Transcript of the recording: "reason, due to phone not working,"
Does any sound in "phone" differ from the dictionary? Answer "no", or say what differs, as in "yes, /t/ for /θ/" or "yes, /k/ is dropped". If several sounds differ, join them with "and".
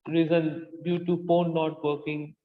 yes, /p/ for /f/